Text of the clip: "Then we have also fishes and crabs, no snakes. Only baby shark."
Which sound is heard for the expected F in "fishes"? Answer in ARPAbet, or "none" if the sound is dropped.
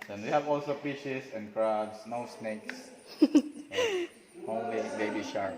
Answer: P